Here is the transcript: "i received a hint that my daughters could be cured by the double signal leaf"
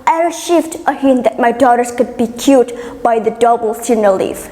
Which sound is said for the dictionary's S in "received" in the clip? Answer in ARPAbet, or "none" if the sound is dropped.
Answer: SH